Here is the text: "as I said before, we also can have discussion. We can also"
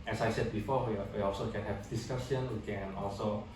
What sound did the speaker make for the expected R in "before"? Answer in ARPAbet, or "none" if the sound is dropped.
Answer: W